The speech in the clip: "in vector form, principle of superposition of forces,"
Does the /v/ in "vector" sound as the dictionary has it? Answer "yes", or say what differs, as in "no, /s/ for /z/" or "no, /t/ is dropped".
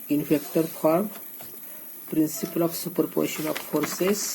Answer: no, /f/ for /v/